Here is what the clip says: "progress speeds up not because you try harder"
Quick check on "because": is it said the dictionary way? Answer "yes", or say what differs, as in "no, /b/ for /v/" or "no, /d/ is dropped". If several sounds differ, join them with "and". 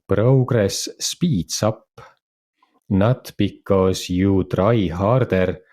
no, /s/ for /z/